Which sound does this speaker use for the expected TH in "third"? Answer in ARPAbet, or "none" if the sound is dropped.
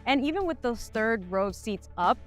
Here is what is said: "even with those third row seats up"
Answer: TH